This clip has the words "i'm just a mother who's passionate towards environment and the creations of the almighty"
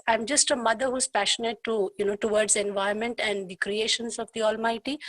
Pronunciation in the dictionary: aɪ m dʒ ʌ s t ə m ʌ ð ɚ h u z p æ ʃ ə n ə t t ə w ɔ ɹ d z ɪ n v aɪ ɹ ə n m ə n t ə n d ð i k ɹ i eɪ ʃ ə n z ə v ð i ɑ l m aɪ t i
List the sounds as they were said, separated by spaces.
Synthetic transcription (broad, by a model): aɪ m dʒ ʌ s t ə m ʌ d ɚ h u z p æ ʃ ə n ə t t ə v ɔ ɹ d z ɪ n v aɪ ə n m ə n t ə n d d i k ɹ i eɪ ʃ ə n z ə v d i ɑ l m aɪ t i